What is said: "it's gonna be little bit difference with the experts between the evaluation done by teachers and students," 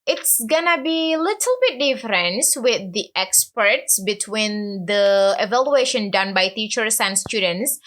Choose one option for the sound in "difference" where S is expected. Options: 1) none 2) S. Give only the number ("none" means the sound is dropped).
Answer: 2